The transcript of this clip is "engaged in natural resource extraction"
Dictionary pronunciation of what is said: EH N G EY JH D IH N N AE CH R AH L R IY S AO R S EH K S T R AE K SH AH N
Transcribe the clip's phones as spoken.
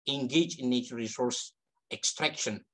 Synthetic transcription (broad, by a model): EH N G EY JH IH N N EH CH AH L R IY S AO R S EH K S T R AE K SH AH N